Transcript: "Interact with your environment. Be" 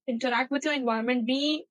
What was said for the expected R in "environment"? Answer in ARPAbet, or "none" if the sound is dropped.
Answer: none